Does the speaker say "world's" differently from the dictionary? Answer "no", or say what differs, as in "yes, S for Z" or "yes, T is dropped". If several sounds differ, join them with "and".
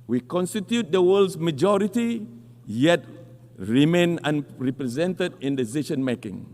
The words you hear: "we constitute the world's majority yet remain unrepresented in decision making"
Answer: yes, S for Z